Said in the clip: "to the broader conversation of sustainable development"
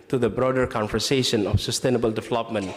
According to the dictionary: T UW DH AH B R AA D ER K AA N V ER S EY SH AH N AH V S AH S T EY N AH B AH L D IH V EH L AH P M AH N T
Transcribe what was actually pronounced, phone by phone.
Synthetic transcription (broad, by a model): T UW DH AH B R AA D ER K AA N F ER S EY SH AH N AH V S AH S T EY N AH B AH L D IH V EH L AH P M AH N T